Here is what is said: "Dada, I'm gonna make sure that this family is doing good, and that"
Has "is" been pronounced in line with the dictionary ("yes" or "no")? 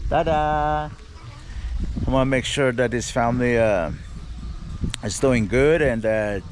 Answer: yes